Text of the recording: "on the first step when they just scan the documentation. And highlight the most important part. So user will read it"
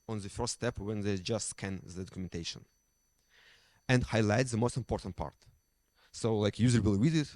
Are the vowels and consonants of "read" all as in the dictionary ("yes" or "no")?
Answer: no